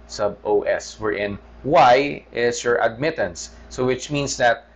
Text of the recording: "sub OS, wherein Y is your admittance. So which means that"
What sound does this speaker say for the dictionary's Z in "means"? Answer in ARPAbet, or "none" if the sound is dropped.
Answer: S